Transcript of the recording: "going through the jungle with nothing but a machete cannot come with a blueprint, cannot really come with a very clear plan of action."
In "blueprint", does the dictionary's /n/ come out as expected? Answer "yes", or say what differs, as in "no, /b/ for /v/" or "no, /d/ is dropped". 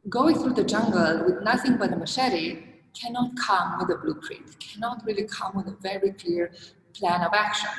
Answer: no, /n/ is dropped